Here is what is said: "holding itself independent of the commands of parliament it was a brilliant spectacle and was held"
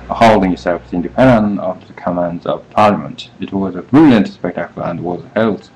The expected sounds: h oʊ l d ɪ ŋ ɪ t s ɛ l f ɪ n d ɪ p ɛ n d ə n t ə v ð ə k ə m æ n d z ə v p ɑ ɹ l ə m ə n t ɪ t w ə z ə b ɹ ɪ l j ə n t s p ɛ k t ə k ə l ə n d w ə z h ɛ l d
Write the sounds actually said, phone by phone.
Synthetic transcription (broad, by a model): h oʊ l d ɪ ŋ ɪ s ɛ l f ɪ n d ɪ p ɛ n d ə n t ə v ð ə k ə m æ n d z ə v p ɑ ɹ l ə m ə n t ɪ t w ə z ə b ɹ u l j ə n t s p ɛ k t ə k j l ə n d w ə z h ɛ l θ